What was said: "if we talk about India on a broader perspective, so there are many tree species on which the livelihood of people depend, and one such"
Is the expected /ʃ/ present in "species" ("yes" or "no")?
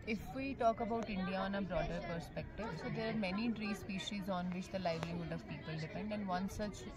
yes